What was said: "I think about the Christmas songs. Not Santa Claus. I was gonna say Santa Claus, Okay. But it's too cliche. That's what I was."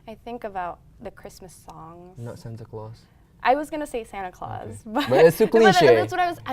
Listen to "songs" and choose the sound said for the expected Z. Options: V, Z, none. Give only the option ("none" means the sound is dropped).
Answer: none